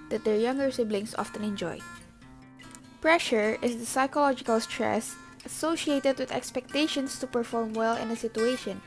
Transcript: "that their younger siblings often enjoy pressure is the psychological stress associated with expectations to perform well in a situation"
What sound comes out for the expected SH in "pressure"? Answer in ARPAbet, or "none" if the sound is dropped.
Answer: SH